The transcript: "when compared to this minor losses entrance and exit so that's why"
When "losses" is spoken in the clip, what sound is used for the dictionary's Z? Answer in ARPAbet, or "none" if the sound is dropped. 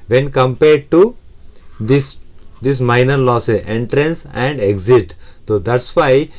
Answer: none